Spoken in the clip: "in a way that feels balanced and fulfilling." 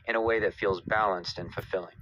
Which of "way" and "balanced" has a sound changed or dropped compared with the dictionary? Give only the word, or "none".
none